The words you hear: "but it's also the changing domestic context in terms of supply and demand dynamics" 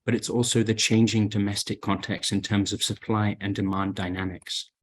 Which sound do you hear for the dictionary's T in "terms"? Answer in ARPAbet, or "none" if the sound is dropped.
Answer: T